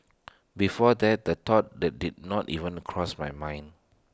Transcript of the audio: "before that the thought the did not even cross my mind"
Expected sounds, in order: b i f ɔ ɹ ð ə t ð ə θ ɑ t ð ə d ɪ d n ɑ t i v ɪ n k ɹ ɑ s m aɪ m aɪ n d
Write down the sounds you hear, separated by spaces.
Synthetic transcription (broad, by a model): b i f ɔ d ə t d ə t ɑ t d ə d ɪ d n ɑ t i v ɪ n k ɹ ɑ s m aɪ m aɪ n